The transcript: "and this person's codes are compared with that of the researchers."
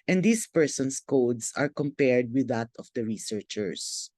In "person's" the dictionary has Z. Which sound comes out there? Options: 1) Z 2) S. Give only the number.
2